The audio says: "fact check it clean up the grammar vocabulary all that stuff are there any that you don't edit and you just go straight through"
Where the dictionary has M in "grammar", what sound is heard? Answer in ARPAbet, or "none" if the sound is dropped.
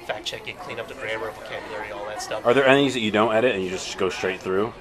none